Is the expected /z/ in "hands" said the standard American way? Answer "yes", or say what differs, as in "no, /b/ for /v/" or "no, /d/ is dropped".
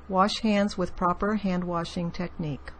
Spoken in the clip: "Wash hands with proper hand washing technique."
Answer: yes